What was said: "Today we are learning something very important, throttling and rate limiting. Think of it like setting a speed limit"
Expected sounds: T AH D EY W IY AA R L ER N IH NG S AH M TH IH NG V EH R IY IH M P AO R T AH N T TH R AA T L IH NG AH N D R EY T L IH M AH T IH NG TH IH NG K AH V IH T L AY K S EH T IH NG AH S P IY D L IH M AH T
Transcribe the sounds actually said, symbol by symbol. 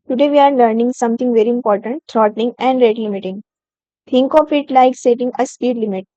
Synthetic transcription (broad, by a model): T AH D EY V IY AA R L ER N IH NG S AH M T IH NG V EH R IY IH M P AO R T AH N T T R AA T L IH NG AH N D R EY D L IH M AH T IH NG T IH NG K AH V IH T L AY K S EH T IH NG AH S P IY D L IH M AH T